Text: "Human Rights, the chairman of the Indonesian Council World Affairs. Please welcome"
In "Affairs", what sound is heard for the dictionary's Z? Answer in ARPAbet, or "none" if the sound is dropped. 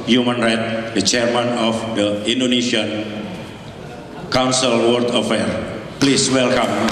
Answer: none